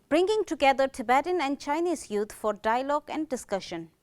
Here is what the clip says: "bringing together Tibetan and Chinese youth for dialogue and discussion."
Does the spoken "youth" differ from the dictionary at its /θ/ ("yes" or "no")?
yes